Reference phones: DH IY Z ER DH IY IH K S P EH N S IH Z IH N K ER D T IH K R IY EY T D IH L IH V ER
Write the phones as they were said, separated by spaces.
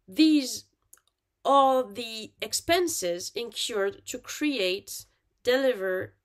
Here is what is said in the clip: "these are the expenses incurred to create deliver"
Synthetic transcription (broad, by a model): DH IY Z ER DH IY IH K S P EH N S IH Z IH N K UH D T IH K R IY EY T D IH L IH V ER